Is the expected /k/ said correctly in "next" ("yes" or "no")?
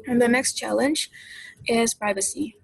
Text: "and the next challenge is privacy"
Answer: yes